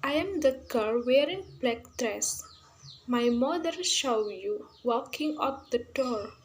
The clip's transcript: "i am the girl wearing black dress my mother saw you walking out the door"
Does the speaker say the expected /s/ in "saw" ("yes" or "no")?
no